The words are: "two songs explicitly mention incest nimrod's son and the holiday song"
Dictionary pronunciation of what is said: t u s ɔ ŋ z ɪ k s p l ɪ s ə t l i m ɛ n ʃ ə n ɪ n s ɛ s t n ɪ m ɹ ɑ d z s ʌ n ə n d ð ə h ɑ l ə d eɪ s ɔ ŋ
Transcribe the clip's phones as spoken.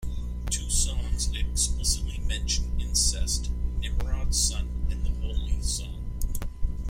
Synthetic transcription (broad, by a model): t u s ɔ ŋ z ɪ k s p l ɪ s ə t l i m ɛ n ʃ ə n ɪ n s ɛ s t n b ɹ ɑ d s ʌ n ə n ð ə h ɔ ə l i s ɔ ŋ